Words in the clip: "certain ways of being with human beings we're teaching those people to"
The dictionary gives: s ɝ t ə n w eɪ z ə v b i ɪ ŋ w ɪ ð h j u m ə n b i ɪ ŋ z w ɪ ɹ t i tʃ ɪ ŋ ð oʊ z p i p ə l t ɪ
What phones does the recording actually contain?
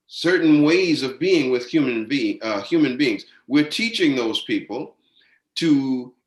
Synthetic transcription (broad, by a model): s ɝ t n w eɪ z ə v b i ɪ ŋ w ɪ ð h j u m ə n b i ɪ ŋ z w ɪ ɹ t i tʃ ɪ ŋ ð oʊ z p i p l t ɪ